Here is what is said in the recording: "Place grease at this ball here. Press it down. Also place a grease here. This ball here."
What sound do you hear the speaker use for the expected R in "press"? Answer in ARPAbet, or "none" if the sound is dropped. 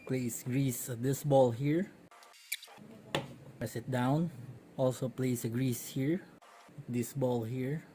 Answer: none